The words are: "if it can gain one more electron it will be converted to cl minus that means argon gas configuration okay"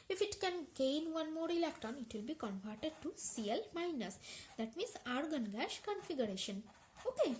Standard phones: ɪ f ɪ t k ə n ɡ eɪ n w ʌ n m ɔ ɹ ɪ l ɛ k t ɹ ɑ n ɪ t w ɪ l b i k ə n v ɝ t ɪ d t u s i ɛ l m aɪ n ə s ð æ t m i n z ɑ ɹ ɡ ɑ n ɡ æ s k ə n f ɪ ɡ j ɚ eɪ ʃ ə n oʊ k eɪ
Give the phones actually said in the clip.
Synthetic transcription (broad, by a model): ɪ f ɪ t k ə n ɡ eɪ n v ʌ n m ɔ ɹ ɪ l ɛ k t ɑ n ɪ t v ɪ l b i k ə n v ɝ t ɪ d t u s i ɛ l m aɪ n ə s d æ t m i n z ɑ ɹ ɡ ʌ n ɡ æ ʃ k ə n f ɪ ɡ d eɪ ʃ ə n oʊ k eɪ